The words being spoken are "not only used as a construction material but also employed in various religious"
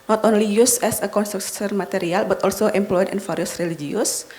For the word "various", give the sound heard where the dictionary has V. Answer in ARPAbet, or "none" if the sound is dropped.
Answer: F